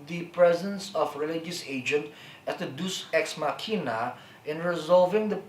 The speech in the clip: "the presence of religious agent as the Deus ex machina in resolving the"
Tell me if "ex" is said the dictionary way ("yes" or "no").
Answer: yes